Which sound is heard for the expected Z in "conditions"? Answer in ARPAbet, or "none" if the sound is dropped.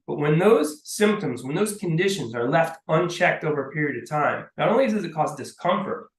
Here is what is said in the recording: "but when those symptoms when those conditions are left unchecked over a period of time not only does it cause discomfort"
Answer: Z